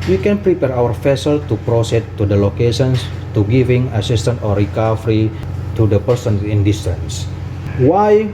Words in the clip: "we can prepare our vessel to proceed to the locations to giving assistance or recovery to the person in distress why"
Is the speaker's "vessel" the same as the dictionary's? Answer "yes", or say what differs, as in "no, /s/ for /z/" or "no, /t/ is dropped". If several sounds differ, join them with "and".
no, /f/ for /v/